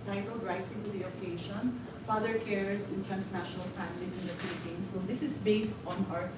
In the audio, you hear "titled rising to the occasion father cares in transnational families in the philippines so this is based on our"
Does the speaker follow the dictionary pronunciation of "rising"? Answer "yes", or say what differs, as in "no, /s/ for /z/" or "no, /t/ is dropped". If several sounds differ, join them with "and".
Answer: no, /s/ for /z/